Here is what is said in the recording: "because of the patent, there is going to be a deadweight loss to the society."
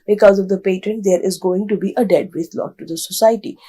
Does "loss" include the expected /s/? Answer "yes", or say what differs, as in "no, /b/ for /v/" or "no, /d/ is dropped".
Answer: no, /s/ is dropped